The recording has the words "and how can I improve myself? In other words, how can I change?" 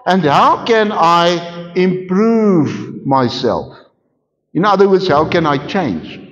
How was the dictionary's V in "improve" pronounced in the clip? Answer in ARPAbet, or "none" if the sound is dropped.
V